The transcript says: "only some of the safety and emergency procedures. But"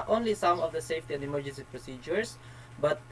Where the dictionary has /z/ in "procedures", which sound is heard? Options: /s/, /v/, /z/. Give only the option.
/s/